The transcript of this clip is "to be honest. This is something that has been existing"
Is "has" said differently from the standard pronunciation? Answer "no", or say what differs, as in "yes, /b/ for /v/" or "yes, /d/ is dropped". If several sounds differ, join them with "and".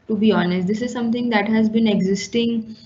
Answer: no